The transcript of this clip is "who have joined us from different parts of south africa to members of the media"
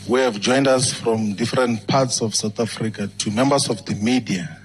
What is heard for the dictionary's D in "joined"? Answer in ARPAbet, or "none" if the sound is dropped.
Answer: D